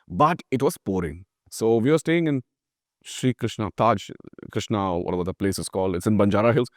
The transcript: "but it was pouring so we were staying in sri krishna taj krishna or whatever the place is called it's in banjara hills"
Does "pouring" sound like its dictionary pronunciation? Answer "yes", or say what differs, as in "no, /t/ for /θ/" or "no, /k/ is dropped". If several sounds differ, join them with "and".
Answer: yes